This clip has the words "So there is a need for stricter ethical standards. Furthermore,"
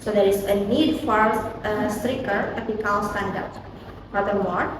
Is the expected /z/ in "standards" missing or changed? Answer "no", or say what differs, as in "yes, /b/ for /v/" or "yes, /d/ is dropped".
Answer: yes, /z/ is dropped